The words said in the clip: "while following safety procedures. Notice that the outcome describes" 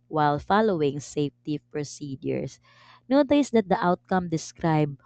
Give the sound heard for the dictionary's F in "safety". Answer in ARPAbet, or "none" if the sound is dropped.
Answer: F